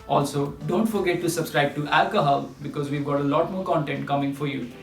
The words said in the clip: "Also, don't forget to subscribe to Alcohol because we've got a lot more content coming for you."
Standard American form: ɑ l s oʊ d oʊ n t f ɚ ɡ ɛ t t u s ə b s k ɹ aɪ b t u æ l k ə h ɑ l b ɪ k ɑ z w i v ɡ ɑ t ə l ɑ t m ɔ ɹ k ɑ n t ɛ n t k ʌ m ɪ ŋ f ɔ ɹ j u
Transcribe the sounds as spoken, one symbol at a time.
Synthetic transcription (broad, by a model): ɑ l s oʊ d oʊ n t f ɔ ɡ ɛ t t u s ə b s k ɹ aɪ b t u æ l k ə h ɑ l b ɪ k ɑ z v i v ɡ ɑ t ə l ɑ t m ɔ ɹ k ɑ n t ɛ n t k ʌ m ɪ ŋ f ɔ ɹ j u